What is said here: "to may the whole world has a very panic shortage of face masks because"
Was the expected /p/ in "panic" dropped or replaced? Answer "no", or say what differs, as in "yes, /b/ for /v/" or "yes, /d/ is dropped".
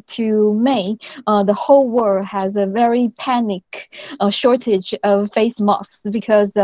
no